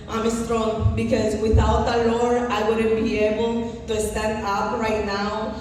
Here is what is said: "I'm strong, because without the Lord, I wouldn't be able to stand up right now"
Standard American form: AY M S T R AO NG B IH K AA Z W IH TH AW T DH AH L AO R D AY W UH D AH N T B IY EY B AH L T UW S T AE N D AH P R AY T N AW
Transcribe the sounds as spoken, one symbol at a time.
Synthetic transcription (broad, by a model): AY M S T R AO NG B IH K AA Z W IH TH AW T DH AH L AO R AY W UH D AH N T B IY EY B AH L T UW S T AE N D AH P R AY T N AW